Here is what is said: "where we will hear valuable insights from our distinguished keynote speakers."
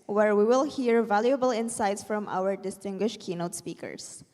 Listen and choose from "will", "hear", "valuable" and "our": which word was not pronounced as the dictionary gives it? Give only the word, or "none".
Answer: none